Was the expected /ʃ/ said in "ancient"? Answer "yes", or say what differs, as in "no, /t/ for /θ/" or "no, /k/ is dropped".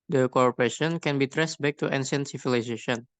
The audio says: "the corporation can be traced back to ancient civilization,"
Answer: no, /s/ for /ʃ/